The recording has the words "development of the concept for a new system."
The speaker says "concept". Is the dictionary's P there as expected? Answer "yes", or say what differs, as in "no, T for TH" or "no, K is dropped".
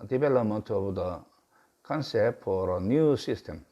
no, P is dropped